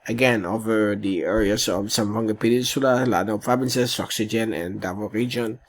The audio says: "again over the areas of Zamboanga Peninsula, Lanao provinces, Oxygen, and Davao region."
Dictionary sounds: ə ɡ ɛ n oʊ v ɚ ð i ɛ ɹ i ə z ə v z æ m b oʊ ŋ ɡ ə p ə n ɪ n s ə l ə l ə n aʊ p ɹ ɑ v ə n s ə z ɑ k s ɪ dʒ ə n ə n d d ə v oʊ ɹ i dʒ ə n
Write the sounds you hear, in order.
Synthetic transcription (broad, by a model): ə ɡ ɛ n oʊ v ɚ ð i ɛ ɹ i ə s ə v s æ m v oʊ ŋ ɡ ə p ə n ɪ n s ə l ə l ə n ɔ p ɹ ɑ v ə n s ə s ɑ k s ɪ dʒ ə n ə n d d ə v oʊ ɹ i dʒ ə n